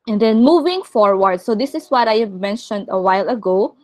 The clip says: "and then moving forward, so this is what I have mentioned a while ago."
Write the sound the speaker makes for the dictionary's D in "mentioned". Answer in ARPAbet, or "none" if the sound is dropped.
D